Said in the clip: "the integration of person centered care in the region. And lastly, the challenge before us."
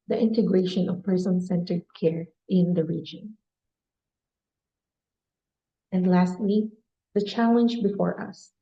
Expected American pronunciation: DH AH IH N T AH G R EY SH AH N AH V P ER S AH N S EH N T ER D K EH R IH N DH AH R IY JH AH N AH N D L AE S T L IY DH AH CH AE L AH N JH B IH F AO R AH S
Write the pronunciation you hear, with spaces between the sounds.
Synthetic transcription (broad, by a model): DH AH IH N T AH G R EY SH AH N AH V P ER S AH N S EH N T ER D K EH R IH N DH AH R IY JH AH N AH N D L AE S T L IY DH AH CH AE L AH N JH B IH F AO R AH S